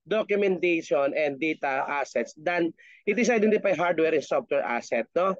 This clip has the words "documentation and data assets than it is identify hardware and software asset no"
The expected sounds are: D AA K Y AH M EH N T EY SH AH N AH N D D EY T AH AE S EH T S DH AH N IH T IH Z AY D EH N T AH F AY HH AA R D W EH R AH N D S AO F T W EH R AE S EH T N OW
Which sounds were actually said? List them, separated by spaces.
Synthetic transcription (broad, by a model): D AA K Y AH M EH N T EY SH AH N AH N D D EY T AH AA S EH T S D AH N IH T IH S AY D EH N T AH P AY HH AA R D W EH R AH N S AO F T W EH R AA S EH T N OW